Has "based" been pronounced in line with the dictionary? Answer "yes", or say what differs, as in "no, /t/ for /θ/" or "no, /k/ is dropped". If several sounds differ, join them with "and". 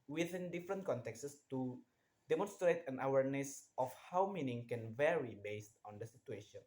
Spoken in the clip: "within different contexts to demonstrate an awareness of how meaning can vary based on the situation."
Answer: yes